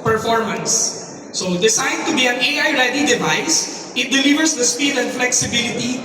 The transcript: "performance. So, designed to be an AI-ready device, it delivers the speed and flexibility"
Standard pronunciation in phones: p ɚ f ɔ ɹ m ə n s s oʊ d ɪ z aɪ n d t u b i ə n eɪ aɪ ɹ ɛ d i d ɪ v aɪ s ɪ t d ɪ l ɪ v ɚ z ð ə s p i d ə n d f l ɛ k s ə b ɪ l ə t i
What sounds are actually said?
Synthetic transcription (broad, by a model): p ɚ f ɔ ɹ m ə n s s oʊ d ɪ s aɪ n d t u b i ə n eɪ aɪ ɹ ɛ d i d ɪ v aɪ s ɪ t d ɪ l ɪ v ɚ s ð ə s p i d ə n d f l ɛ k s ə b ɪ l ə t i